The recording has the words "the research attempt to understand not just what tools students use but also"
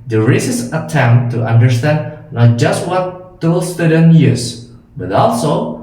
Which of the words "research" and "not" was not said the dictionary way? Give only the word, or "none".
research